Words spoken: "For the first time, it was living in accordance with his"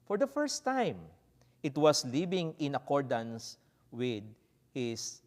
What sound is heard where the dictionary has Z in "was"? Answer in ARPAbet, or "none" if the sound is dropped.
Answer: S